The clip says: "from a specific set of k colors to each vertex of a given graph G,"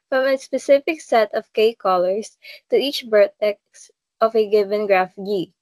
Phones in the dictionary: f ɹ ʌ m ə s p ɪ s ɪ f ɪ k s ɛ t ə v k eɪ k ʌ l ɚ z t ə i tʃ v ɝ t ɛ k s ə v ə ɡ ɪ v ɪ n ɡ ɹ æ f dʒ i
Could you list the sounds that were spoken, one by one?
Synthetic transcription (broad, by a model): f ɹ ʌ m ə s p ɪ s ɪ f ɪ k s ɛ t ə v k eɪ k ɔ l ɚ s t ə i tʃ b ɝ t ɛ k s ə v ə ɡ ɪ v ɪ n ɡ ɹ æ f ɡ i